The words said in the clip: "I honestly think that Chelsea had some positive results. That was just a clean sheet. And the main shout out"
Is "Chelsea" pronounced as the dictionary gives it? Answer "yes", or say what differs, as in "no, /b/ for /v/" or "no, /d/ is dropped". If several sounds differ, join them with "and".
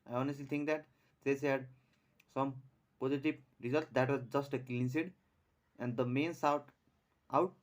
no, /s/ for /tʃ/ and /l/ is dropped